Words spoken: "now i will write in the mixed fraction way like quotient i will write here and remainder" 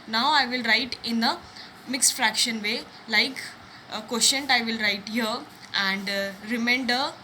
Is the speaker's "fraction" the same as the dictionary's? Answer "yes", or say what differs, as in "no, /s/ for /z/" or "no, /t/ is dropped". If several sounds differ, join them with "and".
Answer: yes